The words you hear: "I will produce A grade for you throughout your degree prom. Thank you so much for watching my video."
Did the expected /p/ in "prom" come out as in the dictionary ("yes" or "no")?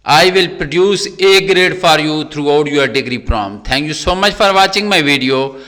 yes